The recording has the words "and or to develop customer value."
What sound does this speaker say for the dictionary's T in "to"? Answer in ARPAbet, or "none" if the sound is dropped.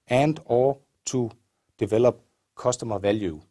S